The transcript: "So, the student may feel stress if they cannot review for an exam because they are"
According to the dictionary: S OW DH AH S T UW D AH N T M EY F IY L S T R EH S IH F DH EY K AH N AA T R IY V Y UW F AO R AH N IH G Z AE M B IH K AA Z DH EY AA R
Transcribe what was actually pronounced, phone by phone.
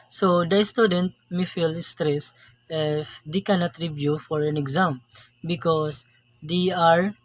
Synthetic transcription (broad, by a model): S OW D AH S T UW D AH N T M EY F IY L S T R EH S IH F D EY K AH N AA T R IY B Y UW F AO R AH N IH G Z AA M B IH K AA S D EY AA R